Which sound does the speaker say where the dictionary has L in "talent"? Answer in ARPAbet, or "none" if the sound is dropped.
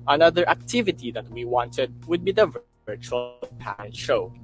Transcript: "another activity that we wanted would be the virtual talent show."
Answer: none